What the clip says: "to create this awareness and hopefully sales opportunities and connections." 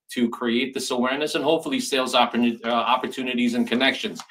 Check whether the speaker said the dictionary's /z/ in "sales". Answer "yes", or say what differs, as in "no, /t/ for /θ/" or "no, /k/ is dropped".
yes